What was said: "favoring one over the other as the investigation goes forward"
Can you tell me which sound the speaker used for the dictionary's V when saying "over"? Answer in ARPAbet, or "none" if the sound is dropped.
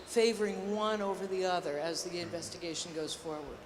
V